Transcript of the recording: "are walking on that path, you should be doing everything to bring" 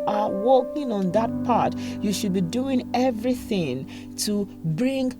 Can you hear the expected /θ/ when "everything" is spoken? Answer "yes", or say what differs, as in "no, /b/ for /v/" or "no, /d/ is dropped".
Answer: yes